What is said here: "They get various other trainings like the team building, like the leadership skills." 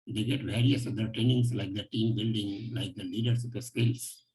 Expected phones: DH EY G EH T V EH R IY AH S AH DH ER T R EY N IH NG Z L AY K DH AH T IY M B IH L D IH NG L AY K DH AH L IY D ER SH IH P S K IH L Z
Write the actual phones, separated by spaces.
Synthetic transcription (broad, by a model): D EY G EH T V EH R IY AH S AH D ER T R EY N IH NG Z L AY K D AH T IY M B IH L D IH NG L AY K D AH L IY D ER S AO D S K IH L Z